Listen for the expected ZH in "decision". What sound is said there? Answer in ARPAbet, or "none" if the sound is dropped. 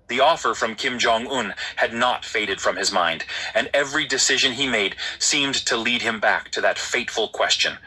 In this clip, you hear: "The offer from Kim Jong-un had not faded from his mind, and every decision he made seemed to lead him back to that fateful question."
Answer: ZH